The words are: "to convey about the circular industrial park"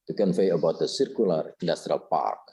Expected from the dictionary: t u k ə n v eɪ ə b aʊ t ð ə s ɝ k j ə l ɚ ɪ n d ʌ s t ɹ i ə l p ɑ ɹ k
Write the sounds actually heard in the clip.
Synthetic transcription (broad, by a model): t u k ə n f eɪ ə b aʊ t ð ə s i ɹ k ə l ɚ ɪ n d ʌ s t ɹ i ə l p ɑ ɹ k